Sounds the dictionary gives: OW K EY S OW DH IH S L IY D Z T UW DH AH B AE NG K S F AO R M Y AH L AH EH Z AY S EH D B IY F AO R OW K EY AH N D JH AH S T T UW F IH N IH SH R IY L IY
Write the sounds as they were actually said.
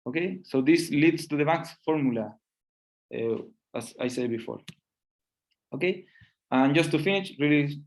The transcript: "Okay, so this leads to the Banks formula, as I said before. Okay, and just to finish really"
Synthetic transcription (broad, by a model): OW K EY S OW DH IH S L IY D S T UW DH AH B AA K S F AO R M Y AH L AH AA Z AY S EH D B IY F AO R OW K EY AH N JH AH S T T UW F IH N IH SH R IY L IY